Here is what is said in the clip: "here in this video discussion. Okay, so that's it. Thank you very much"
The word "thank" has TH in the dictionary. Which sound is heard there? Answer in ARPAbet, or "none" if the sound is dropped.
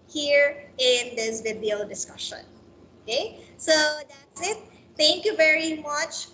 T